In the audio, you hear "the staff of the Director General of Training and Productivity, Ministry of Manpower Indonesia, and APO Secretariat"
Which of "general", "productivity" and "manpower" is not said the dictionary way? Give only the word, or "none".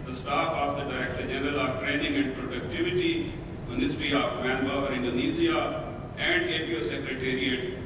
manpower